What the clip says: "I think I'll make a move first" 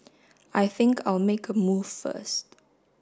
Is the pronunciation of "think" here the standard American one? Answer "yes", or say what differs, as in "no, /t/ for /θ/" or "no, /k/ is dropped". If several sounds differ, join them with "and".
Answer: yes